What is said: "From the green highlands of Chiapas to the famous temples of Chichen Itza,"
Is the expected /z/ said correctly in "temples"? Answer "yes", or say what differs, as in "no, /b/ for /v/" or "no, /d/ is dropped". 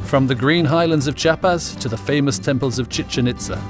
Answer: yes